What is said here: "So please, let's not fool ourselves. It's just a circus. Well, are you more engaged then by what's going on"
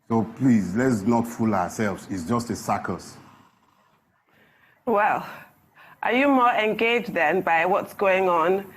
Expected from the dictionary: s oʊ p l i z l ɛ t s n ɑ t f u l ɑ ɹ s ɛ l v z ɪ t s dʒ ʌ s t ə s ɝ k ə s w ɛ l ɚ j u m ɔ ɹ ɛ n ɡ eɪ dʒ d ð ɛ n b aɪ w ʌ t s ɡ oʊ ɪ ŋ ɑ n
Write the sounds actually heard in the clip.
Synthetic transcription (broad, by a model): s oʊ p l i z l ɛ t s n ɑ t f u l ɑ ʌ s ɛ l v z ɪ t s dʒ ʌ s t ə s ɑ k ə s w ɛ l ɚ j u m ɔ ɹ ɛ n ɡ eɪ dʒ d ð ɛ n b aɪ w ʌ t s ɡ oʊ ɪ ŋ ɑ n